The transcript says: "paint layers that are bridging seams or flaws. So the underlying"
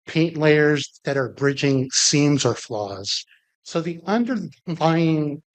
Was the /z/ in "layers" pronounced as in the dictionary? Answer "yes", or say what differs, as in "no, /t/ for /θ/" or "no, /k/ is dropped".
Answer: yes